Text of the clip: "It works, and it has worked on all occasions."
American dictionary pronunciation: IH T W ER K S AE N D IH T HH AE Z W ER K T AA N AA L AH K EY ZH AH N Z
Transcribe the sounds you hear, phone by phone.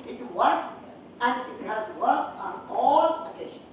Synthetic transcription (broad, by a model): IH T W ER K S AE N D IH T HH AE Z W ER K AA N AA L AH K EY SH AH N